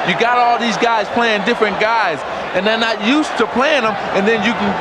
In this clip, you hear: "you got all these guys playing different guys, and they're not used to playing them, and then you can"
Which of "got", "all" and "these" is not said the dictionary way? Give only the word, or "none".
none